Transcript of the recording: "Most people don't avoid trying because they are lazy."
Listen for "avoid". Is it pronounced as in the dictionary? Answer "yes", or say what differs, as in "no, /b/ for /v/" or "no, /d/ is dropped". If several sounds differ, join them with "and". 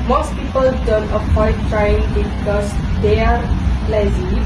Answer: no, /p/ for /v/